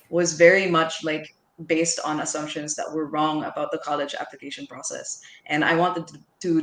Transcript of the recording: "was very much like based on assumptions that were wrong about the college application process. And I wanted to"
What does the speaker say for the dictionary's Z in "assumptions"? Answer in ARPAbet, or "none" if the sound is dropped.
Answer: Z